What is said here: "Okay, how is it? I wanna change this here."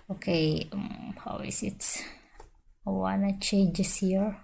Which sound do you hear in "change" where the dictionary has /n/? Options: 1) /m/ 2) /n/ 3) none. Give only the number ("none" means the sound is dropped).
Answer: 3